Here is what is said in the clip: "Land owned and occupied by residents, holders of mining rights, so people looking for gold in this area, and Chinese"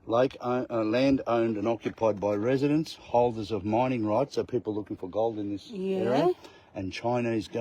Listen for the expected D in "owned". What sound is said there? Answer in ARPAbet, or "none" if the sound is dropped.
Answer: D